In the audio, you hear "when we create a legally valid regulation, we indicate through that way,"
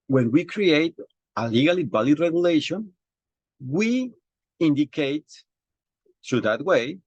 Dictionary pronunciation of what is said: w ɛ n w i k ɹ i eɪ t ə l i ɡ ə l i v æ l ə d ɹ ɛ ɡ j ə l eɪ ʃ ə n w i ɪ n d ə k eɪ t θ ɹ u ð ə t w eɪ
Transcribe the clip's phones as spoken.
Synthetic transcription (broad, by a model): w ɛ n w i k ɹ i eɪ t ə l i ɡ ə l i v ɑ l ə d ɹ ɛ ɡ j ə l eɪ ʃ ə n w i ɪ n d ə k eɪ t t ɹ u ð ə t w eɪ